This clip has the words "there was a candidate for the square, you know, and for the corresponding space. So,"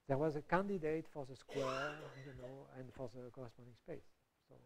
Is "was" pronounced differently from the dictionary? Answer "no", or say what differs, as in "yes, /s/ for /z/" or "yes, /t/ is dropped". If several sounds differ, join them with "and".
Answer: no